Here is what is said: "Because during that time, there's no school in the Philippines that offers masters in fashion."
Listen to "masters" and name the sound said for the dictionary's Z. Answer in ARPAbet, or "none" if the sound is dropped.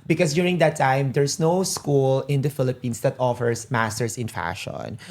S